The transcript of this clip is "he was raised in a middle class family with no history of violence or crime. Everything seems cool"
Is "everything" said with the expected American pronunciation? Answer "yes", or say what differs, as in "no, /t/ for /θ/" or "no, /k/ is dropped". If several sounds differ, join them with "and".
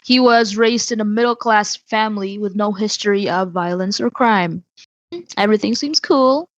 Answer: yes